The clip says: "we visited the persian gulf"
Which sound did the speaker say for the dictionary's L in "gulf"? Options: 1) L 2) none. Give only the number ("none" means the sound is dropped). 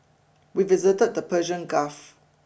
2